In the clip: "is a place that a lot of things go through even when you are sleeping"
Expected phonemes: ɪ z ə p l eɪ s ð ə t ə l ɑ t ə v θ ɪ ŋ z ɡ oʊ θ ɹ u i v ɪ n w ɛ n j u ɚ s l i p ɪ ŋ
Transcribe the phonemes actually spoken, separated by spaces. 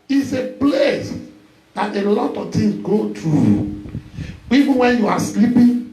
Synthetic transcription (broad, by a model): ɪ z ə p l eɪ s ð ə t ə l ɑ t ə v t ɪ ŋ s ɡ oʊ t ɹ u i v ɪ n w ɛ n j u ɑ s l i p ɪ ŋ